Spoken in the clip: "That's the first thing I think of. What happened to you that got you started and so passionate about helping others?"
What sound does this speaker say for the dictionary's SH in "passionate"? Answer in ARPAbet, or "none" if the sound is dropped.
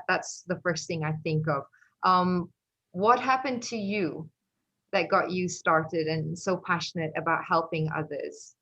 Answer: SH